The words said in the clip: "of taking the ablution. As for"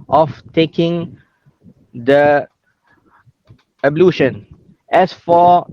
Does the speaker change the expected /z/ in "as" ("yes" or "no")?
yes